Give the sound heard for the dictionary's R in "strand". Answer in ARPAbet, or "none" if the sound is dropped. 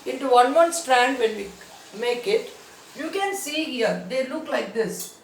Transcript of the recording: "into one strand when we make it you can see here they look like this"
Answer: R